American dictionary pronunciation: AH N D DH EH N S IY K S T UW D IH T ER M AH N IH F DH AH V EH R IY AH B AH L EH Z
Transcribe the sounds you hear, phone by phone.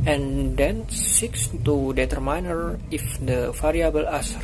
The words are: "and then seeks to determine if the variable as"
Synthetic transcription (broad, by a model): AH N D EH N S IY K S T UW D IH T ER M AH N IH F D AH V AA R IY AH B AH L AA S